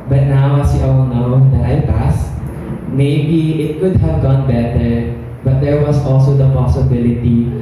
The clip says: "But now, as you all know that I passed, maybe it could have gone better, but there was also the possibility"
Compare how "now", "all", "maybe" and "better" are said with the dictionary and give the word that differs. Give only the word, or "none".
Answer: all